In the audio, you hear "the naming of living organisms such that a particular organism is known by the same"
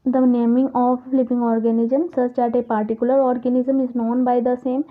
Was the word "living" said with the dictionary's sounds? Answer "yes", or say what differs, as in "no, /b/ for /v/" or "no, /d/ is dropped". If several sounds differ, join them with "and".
no, /p/ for /v/